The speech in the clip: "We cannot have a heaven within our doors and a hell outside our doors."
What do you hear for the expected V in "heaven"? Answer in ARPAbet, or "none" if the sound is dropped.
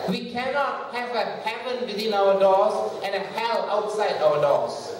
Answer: P